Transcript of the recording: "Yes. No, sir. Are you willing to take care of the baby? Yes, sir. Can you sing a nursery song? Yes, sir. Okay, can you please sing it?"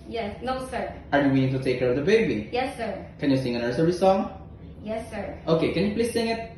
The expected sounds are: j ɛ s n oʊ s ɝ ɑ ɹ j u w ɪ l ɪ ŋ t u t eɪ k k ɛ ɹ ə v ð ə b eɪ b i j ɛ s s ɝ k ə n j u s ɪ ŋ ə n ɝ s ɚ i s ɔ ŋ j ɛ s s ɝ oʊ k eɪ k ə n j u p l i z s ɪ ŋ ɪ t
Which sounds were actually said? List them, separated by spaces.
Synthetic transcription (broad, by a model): j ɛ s n oʊ s ɝ ɑ ɹ j u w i n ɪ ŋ t u t eɪ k k ɛ ɹ ə v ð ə b eɪ b i j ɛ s s ɝ k ə n j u s ɪ ŋ ə n ɝ s ɚ i s ɔ ŋ j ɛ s s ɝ oʊ k eɪ k ə n j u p l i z s ɪ ŋ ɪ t